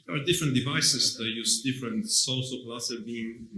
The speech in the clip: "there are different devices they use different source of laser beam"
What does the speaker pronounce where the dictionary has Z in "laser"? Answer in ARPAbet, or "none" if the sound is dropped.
S